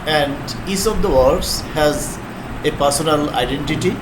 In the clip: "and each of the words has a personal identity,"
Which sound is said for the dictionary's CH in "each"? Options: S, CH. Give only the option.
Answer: S